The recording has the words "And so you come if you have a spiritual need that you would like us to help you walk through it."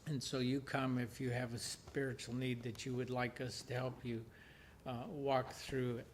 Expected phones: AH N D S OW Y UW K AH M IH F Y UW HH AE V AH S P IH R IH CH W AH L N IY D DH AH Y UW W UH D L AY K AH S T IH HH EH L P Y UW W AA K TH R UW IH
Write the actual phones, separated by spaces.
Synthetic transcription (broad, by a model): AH N S OW Y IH K AH M IH F Y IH V AH S P IH R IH CH L N IY D DH AH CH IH W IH D L AY K AH S T IH HH EH L P Y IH W AA K TH R UW